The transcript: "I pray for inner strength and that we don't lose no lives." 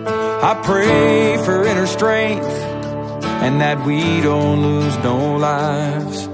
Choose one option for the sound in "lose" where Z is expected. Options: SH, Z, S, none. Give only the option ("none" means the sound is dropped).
Z